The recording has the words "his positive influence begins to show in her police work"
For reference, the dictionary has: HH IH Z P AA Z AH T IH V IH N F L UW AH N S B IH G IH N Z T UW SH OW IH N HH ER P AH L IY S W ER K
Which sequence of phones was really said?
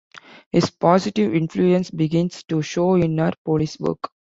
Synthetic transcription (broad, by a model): HH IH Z P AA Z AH T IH V IH N F L UW AH N S B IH G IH N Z T UW SH OW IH N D P AH L IY S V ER K